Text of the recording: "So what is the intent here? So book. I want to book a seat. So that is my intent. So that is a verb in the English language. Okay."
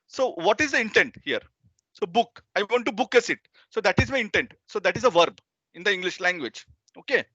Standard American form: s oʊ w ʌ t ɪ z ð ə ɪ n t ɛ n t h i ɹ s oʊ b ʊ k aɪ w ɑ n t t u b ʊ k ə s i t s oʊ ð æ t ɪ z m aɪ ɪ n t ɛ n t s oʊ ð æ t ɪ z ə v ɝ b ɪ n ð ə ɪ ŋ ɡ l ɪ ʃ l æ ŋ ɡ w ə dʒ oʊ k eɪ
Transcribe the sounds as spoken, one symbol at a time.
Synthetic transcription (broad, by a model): s oʊ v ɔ t ɪ z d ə ɪ n t ɛ n t h i ɹ s oʊ b ʊ k aɪ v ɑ n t t u b ʊ k ə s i t s oʊ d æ t ɪ z m aɪ ɪ n t ɛ n t s oʊ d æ t ɪ z ə v ɝ b ɪ n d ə ɪ ŋ ɡ l ɪ ʃ l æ ŋ ɡ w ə dʒ oʊ k eɪ